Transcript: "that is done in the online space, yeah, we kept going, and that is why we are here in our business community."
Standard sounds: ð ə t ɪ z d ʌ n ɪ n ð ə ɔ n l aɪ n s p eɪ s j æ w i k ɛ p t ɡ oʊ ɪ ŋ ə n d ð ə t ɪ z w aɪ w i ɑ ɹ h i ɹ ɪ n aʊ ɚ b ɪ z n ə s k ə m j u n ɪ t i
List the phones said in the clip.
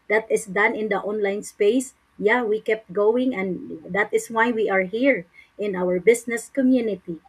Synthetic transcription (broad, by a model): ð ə t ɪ s d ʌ n ɪ n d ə ɔ n l aɪ n s p eɪ s j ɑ w i k ɛ p t ɡ oʊ ɪ ŋ ə n d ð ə t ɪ s w aɪ w i ɑ ɹ h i ɹ ɪ n aʊ ɚ b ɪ s n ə s k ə m j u n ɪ t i